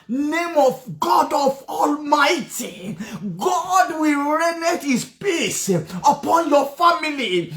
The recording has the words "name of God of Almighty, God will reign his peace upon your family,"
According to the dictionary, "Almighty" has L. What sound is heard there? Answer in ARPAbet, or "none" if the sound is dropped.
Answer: L